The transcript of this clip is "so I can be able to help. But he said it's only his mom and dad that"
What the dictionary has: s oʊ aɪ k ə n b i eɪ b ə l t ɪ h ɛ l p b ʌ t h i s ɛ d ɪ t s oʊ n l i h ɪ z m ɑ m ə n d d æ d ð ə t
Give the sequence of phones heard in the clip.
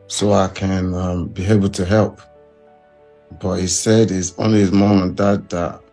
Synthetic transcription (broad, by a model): s oʊ aɪ k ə n b i eɪ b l t ɪ h ɛ l p b ʌ t h i s ɛ d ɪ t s oʊ n l i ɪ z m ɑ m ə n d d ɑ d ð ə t